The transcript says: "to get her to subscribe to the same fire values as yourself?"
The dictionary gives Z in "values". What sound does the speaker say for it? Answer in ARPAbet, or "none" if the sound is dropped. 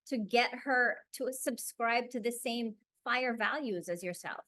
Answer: Z